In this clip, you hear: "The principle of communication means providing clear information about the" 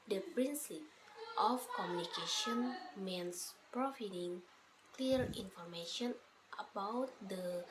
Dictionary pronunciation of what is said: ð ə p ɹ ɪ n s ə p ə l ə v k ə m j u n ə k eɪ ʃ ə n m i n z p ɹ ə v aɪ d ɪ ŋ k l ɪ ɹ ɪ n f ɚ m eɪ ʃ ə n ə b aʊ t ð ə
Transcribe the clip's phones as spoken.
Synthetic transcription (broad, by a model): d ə p ɹ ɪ n s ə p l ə f k ə m j u n ə k eɪ ʃ ə n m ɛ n s p ɹ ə f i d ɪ ŋ k l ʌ ɹ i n f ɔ m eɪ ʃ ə n ə b aʊ t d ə